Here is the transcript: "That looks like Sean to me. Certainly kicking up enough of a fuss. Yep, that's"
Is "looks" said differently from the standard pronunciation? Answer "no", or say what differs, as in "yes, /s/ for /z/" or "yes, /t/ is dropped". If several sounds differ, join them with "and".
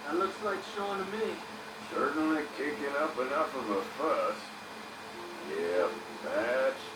no